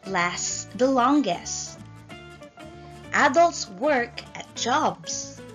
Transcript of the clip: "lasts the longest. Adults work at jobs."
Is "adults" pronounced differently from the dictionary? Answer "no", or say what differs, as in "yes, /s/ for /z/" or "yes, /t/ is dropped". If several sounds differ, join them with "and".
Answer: no